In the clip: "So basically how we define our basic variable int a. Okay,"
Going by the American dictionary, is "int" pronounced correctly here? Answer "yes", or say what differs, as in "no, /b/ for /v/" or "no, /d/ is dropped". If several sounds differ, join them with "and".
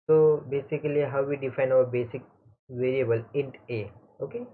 yes